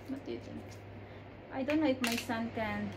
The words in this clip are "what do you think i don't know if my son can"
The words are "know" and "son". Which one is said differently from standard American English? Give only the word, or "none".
know